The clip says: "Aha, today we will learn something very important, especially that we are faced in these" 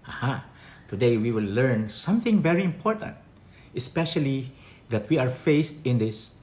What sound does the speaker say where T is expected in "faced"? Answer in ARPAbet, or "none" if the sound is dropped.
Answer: T